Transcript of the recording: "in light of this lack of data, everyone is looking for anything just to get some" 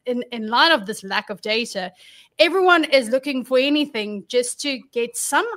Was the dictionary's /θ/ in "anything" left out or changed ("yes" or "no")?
no